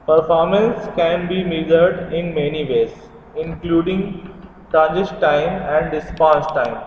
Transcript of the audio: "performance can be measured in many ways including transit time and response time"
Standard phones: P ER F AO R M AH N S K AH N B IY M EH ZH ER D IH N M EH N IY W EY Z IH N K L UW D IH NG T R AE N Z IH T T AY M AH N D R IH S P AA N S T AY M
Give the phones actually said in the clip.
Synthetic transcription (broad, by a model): P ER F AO R M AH N S K AH N B IY M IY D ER D IH N M EH N IY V EY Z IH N K L UW D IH NG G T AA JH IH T T AY M AH N D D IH S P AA S T AY M